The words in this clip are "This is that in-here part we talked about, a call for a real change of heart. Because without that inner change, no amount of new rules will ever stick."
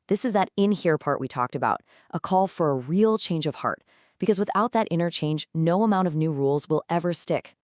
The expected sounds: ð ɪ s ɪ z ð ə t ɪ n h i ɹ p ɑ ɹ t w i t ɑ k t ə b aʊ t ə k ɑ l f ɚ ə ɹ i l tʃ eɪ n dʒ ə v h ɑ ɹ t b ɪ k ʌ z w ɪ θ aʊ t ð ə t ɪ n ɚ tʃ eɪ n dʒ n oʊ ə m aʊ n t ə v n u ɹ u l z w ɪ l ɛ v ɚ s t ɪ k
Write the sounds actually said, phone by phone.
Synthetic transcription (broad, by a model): ð ɪ s ɪ z ð ə t ɪ n h i ɹ p ɑ ɹ t w i t ɑ k t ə b aʊ t ə k ɑ l f ɚ ə ɹ i l tʃ eɪ n dʒ ə v h ɑ ɹ t b ɪ k ʌ z w ɪ θ aʊ t ð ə t ɪ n ɚ tʃ eɪ n dʒ n oʊ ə m aʊ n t ə v n u ɹ u l z w ɪ l ɛ v ɚ s t ɪ k